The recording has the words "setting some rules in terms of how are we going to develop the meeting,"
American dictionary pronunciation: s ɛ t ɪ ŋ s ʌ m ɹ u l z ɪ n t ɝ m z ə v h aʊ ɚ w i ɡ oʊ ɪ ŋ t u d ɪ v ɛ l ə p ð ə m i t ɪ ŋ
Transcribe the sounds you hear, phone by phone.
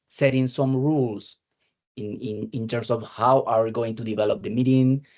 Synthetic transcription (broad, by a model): s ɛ t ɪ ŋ s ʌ m ɹ u l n ɪ n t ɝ m s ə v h aʊ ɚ w i ɡ oʊ ɪ ŋ t u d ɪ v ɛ l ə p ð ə m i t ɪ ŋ